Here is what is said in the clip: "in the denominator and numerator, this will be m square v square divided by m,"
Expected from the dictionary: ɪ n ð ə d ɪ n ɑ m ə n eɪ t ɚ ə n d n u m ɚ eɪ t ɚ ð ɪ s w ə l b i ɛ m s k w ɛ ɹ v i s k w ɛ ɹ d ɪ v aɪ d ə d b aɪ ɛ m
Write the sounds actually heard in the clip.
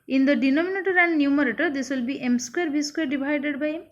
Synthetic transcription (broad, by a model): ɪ n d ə d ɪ n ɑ m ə n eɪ t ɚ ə n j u m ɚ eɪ t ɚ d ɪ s w ə l b i ɛ m s k w ɛ ɹ b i s k w ɛ ɹ d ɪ b aɪ d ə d b aɪ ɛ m